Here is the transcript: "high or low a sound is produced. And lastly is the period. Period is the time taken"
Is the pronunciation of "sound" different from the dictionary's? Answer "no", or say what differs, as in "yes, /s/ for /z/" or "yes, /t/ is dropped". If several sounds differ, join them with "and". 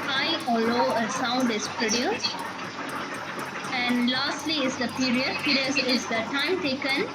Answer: no